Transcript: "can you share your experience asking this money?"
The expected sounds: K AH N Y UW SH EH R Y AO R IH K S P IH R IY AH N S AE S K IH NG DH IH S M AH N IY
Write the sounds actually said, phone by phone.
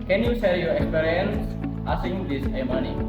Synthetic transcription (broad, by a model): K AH N Y UW S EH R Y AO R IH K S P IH R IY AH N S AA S IH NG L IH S M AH N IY